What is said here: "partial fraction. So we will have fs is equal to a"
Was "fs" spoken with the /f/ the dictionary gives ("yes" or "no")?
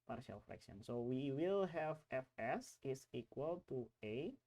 yes